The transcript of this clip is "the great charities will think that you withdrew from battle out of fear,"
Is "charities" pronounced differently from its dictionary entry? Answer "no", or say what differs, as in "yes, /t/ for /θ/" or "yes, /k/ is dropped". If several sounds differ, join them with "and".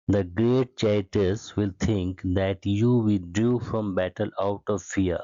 yes, /ɹ/ is dropped